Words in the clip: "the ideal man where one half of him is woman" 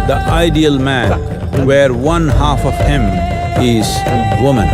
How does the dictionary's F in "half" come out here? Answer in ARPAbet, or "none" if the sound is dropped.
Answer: F